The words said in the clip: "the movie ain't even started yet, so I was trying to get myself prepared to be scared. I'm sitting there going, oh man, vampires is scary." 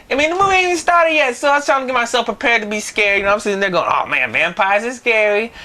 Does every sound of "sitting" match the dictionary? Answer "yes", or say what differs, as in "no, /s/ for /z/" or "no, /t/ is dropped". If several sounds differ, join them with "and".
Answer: no, /s/ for /t/